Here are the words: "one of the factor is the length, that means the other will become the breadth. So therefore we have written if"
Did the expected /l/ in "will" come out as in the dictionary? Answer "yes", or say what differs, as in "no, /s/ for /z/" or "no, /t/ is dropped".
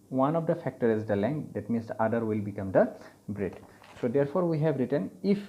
yes